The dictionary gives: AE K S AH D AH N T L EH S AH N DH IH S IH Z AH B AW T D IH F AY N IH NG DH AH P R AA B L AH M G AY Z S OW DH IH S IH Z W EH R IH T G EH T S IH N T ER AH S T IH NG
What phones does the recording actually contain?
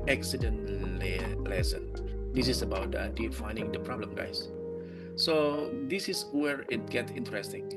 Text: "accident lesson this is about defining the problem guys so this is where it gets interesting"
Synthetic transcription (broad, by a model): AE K S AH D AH N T L EH S AH N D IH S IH S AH B AW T D IH F AY N IH NG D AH P R AA B L AH M G AY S S OW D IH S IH S W EH R IH T G EH T S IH N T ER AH S T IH NG